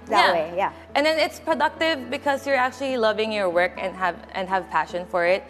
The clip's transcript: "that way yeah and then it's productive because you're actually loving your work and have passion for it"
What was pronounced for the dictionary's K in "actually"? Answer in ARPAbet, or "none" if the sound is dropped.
K